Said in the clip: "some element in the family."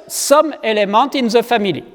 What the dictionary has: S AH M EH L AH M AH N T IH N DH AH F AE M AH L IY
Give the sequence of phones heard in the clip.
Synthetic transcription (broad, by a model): S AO M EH L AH M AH T IH N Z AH F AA M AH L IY